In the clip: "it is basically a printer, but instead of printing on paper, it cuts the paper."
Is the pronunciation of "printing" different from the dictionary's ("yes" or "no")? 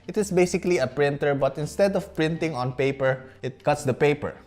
no